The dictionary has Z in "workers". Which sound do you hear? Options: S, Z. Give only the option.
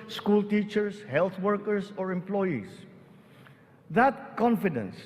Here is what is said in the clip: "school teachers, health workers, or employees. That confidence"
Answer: S